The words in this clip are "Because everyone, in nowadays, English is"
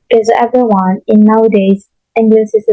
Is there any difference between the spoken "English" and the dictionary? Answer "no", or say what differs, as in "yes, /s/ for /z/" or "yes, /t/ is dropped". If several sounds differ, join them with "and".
yes, /s/ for /ʃ/